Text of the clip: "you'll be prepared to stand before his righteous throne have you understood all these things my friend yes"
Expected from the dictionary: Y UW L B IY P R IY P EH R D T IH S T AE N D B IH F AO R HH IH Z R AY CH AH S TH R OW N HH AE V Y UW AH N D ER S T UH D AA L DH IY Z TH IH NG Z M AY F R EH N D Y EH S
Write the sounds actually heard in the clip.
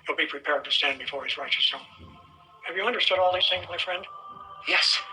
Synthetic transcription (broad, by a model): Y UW L B IY P R IY P EH R D T IH S T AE N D B IH F AO R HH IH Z R AY CH AH S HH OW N HH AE V Y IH AH N D ER S T UH D AA L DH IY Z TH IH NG M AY F R EH N D Y EH S